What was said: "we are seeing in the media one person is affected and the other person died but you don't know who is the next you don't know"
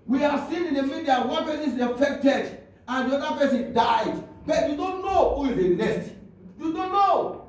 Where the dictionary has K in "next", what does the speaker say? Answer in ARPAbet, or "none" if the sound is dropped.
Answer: none